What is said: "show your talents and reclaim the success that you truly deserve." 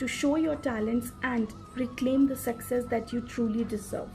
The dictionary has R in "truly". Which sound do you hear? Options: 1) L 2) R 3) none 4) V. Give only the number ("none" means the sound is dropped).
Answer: 2